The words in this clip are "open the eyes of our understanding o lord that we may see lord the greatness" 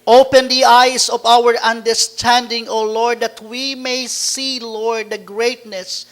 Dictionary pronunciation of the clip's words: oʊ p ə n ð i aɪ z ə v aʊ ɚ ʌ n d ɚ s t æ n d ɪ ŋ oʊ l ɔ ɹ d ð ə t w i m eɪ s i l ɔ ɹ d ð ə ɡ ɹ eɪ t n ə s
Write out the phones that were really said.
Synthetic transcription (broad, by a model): oʊ p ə n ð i aɪ s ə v aʊ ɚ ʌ n d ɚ s t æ n d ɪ ŋ oʊ l ɔ ɹ d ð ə t w i m eɪ s i l ɔ ɹ d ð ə ɡ ɹ eɪ t n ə s